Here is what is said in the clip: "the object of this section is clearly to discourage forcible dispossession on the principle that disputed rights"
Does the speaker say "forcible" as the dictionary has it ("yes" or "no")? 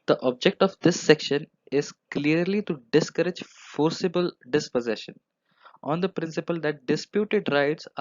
yes